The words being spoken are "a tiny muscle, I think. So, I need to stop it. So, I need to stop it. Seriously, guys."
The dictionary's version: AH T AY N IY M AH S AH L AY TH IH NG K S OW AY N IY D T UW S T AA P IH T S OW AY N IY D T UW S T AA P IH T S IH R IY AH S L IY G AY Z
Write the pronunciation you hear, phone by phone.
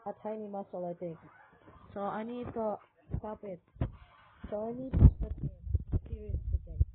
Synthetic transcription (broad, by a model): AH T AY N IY M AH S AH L AY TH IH NG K S OW AY N IY D T UW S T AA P IH T S OW AY N IY D T UW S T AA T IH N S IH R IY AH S IY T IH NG